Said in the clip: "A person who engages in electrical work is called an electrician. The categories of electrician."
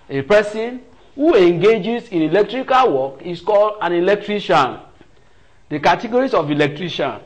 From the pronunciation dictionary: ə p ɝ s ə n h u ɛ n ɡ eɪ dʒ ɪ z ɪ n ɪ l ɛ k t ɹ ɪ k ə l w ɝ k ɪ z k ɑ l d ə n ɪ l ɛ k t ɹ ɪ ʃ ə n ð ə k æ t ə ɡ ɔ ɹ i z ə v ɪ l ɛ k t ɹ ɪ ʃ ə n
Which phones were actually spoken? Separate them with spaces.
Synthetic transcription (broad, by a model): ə p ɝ s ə n h u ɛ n ɡ eɪ dʒ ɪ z ɪ n ɪ l ɛ k t ɹ ɪ k ə l w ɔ k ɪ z k ɑ l d ə n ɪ l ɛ k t ɹ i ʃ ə n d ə k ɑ t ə ɡ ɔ ɹ i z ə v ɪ l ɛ k t ɹ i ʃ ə n